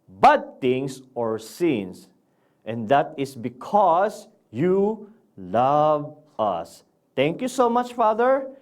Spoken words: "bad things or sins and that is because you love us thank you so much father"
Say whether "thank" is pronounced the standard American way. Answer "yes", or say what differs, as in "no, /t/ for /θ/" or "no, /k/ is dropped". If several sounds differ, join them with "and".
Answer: no, /t/ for /θ/